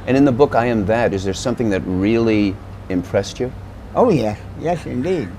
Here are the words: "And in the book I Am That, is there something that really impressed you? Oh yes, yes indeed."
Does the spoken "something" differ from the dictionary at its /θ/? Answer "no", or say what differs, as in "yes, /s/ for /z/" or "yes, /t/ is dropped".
no